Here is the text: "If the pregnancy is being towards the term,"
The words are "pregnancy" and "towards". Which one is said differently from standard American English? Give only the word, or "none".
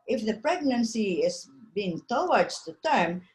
towards